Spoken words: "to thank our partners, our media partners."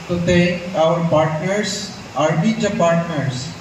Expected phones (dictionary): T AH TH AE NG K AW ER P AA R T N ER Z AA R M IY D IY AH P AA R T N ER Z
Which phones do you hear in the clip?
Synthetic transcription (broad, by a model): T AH T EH AW ER P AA R T N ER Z AA R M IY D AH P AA R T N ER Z